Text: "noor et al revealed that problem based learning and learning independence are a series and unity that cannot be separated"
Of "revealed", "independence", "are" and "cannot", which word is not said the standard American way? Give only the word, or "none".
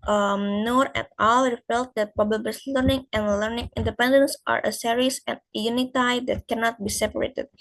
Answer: revealed